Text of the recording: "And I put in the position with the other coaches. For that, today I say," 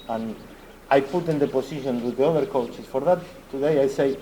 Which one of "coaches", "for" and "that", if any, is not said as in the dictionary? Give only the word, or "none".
coaches